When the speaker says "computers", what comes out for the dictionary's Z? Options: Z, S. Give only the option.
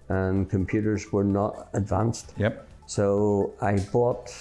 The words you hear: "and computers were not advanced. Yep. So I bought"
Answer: Z